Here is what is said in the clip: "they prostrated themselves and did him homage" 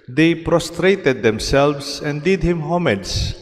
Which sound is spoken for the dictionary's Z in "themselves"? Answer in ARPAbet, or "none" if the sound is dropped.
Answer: S